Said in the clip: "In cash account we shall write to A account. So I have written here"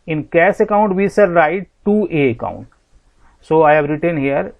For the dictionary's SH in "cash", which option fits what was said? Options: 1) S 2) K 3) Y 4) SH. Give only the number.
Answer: 1